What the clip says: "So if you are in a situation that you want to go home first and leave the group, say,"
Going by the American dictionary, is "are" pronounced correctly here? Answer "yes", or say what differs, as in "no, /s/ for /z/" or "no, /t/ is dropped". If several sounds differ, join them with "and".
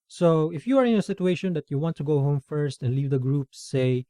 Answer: yes